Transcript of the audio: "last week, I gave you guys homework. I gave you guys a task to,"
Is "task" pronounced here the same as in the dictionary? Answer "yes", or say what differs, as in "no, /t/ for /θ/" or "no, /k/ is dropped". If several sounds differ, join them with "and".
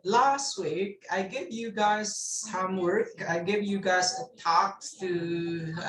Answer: no, /s/ is dropped